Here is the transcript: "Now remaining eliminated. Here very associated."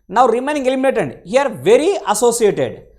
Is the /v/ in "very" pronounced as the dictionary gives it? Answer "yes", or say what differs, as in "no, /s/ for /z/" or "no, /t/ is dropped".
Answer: yes